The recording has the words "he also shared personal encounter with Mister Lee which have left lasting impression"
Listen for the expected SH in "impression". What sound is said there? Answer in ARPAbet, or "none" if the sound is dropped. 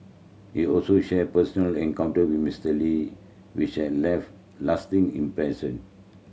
S